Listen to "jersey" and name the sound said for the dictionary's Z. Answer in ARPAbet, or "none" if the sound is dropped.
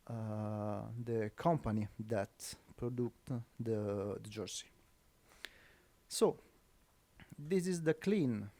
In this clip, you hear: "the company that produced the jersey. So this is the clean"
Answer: S